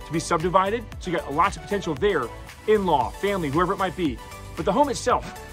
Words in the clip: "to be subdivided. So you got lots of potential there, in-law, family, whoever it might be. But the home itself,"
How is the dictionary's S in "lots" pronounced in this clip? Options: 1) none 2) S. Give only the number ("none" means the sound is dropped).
1